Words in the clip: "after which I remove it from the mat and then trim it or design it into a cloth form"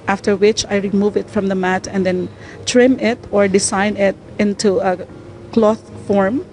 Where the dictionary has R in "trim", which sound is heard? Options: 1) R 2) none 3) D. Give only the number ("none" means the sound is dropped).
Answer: 1